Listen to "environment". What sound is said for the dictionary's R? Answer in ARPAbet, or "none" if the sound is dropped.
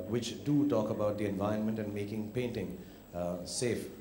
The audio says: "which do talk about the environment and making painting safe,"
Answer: none